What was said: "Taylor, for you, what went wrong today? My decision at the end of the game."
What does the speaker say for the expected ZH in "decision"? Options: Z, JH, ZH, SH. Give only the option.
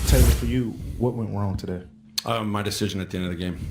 ZH